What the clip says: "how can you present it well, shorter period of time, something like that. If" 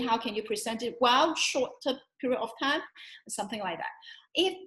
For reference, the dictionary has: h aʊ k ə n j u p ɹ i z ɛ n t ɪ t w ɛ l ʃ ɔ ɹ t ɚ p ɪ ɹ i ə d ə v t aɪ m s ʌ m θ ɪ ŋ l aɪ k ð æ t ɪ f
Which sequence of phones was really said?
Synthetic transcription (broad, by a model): h aʊ k ə n j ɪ p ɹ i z ɛ n t ɪ t w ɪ l ʃ ɔ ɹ t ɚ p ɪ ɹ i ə ə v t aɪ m s ʌ m θ ɪ ŋ l aɪ k ð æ t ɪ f